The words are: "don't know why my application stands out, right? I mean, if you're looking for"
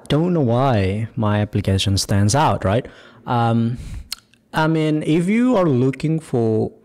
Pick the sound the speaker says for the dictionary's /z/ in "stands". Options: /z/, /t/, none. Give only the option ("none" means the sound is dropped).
/z/